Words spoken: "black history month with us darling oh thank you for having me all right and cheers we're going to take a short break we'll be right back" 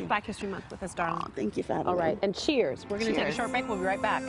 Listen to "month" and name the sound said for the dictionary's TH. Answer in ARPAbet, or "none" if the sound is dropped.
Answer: S